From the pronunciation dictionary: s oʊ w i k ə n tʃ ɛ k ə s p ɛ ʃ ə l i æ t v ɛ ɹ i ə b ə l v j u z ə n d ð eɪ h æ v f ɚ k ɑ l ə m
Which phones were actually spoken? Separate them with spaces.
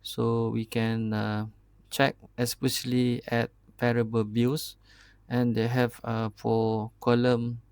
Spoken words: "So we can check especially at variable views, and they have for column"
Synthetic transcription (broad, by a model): s oʊ w i k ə n tʃ ɛ k ə s p ɛ ʃ ə l i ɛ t p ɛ ɹ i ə b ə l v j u s ə n d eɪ h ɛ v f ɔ k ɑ l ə m